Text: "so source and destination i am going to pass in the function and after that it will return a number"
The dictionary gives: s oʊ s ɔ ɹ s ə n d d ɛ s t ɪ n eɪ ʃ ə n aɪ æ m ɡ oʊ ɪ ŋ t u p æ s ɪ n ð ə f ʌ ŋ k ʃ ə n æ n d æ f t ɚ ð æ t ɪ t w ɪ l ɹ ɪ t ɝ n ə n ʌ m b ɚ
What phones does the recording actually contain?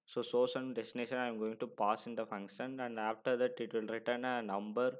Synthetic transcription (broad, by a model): s oʊ s ɔ s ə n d d ɛ s t ɪ n eɪ ʃ ə n aɪ m ɡ oʊ ɪ ŋ t u p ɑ s ɪ n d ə f ʌ ŋ k ʃ ə n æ n d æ f t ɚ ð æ t ɪ t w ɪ l ɹ ɪ t ɝ n ə n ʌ m b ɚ